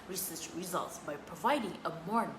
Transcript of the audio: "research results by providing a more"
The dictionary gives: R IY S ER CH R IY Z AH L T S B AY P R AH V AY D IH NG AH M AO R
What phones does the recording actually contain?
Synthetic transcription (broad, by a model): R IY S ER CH R IY Z AH L T S B AY P R AH V AY D IH NG AH M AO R